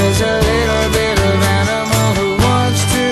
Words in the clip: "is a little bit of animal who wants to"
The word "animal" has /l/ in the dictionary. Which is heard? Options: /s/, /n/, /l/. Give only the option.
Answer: /n/